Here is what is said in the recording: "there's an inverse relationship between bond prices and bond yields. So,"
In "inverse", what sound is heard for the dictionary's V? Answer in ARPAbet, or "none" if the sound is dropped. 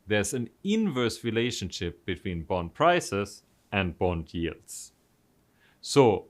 V